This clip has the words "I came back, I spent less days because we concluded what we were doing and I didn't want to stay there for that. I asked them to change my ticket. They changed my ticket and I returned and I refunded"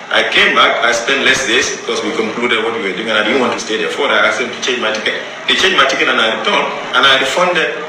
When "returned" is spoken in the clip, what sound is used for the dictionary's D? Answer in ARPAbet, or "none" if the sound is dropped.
none